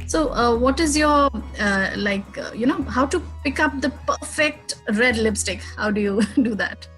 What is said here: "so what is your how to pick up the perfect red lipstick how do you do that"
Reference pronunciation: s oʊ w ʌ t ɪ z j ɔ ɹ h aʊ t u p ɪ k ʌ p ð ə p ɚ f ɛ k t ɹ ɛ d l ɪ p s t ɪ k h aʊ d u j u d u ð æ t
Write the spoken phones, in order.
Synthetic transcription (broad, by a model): s oʊ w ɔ t ɪ z j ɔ l h aʊ t u p ɪ k ʌ p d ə p ɚ f ɛ k t ɹ ɛ d l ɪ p s t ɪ k h aʊ d u j u d u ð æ t